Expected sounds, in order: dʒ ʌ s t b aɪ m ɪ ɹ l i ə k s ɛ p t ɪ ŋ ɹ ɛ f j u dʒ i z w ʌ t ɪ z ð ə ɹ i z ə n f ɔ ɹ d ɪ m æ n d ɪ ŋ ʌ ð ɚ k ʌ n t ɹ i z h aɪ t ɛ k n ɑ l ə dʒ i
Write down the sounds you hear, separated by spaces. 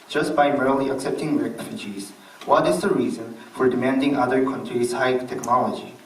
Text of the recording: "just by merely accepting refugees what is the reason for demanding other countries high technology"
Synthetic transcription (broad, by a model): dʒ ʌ s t b aɪ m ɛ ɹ l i ə k s ɛ p t ɪ ŋ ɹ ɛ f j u dʒ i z w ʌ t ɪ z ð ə ɹ i z ə n f ɔ ɹ d ɪ m æ n d ɪ ŋ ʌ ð ɚ k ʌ n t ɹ i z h aɪ t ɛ k n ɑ l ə dʒ i